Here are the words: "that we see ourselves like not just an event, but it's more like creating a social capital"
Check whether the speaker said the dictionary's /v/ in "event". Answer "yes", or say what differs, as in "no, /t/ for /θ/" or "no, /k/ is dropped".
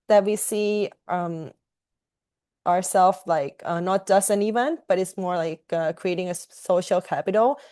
yes